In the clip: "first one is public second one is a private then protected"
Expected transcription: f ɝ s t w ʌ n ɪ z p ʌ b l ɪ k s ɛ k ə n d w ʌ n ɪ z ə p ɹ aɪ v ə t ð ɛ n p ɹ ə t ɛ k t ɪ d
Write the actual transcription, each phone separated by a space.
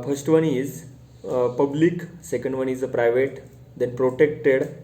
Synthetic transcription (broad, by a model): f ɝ s t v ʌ n ɪ z p ʌ b l ɪ k s ɛ k ə n d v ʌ n ɪ z ə p ɹ aɪ v ə t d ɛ n p ɹ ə t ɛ k t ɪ d